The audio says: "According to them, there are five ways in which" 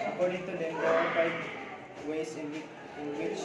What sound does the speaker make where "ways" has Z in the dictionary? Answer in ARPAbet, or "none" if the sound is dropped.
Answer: S